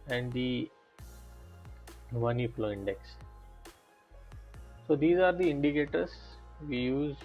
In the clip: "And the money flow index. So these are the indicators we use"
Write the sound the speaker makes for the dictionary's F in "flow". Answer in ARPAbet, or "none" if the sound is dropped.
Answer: P